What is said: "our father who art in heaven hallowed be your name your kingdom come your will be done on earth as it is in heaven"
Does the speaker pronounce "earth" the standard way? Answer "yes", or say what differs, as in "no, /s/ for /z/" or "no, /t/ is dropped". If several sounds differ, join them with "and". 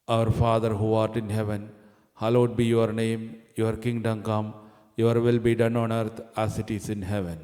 no, /t/ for /θ/